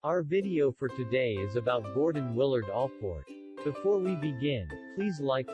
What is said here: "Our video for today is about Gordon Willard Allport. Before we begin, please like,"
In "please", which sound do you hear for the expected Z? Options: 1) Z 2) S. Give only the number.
1